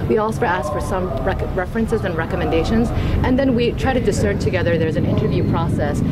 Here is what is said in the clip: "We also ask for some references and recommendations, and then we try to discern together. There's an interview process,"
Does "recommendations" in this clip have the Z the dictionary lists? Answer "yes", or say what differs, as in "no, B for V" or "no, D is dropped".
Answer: yes